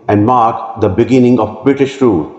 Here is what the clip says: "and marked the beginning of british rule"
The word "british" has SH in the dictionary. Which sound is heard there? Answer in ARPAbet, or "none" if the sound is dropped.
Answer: SH